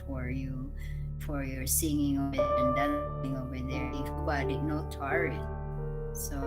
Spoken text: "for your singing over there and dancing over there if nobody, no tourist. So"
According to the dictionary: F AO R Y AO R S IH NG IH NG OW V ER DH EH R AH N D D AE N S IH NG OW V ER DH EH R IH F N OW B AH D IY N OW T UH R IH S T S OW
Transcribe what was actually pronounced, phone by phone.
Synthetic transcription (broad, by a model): F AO R Y AO R S IH NG IH NG OW V ER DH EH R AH N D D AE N IH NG OW V ER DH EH R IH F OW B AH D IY N OW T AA R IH T S OW